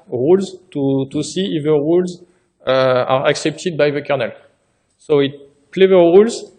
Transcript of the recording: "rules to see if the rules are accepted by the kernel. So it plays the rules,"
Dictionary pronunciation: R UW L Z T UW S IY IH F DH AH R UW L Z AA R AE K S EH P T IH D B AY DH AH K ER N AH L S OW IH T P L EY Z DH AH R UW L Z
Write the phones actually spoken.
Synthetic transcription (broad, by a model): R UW L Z T UW S IY IH F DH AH R UW L Z AA R AE K S EH P T IH D B AY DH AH K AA N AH L S OW IH T P L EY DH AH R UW L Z